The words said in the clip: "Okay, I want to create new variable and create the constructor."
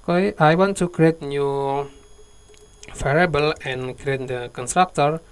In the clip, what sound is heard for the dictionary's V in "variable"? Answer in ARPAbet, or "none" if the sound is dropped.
F